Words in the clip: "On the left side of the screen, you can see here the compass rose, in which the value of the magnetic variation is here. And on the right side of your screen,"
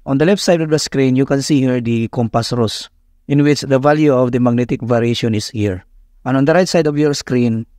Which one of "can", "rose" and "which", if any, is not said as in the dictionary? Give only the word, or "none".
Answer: rose